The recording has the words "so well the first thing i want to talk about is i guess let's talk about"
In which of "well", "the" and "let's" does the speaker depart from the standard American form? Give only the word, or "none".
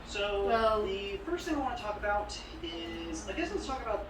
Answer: let's